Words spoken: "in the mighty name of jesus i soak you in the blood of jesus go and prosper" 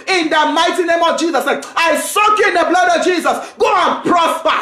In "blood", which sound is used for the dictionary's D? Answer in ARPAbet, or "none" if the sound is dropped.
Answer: D